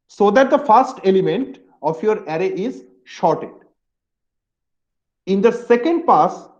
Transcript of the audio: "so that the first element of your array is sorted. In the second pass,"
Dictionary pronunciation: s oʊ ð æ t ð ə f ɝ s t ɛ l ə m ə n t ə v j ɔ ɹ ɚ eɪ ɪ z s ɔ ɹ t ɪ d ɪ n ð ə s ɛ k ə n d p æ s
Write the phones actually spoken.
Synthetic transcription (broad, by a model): s oʊ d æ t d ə f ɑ s t ɛ l ə m ə n t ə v j ɔ ɹ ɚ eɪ ɪ z ʃ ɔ ɹ t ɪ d ɪ n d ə s ɛ k ə n d p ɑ s